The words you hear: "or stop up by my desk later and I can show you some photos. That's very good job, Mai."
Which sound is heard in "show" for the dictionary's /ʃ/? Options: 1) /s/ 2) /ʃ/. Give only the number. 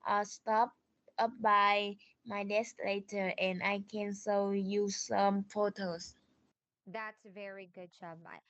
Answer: 1